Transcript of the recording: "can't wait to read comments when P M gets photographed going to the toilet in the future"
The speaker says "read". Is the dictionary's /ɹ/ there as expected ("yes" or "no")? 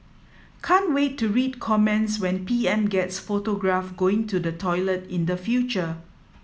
yes